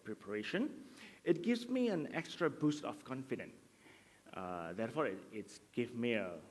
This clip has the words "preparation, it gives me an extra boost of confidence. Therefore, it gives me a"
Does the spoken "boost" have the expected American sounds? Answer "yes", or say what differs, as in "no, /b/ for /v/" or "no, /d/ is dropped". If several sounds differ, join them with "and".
yes